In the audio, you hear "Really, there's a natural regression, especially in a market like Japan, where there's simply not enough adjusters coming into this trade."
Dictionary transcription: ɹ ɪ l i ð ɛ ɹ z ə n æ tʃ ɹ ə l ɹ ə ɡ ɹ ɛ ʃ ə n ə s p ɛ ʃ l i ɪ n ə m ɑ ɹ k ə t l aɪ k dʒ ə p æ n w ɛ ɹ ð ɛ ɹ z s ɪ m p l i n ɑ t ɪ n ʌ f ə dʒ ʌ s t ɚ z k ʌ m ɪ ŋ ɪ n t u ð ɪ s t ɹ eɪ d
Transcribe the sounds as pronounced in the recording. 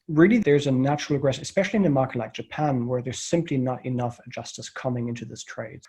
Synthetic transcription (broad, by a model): ɹ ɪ l i ð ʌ ɹ z ə n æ tʃ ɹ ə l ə ɡ ɹ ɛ s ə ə s p ɛ ʃ l i ɪ n ə m ɑ ɹ k ə t l aɪ k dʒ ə p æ n w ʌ ɹ ð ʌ ɹ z s ɪ m p l i n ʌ t ɪ n ʌ f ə dʒ ʌ s t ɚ s k ʌ m ɪ ŋ ɪ n t u ð ɪ s t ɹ eɪ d